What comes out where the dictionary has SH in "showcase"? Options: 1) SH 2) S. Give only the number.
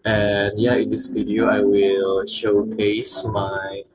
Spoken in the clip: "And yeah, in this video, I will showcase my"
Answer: 1